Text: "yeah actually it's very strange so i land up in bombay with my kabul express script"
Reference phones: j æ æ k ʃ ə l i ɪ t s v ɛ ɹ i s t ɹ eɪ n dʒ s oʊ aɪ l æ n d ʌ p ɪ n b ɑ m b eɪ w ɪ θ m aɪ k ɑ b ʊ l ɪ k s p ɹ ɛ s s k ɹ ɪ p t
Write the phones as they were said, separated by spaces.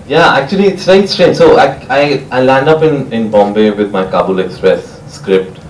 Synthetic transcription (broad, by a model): j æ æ k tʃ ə l i ɪ t s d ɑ i s t ɹ eɪ n dʒ s oʊ aɪ l æ n d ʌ p ɪ n b ɑ m b eɪ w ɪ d m aɪ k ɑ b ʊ l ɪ k s p ɹ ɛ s s k ɹ ɪ p t